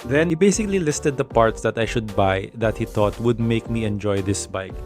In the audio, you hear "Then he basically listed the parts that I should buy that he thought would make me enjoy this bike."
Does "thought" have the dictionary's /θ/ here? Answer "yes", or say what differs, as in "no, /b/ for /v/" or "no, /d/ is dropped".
no, /t/ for /θ/